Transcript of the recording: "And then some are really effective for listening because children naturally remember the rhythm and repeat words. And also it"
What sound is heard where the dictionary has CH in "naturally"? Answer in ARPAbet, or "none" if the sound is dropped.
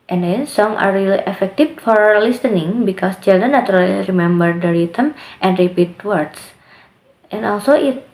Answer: none